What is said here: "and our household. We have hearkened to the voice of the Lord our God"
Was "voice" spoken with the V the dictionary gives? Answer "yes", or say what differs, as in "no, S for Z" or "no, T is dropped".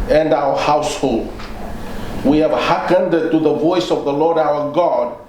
yes